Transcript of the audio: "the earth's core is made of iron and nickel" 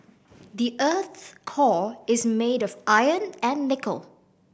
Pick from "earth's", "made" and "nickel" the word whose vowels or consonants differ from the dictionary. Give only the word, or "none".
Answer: earth's